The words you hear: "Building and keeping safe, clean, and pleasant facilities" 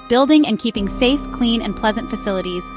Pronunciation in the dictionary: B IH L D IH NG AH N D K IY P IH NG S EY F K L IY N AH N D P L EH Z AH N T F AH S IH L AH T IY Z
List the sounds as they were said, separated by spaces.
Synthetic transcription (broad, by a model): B IH L D IH NG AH N K IY P IH NG S EY F K L IY N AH N P L EH Z AH N T F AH S IH L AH T IY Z